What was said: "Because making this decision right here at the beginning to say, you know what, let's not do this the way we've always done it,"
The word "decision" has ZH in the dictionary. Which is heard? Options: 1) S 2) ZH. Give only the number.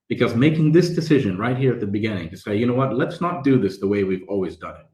2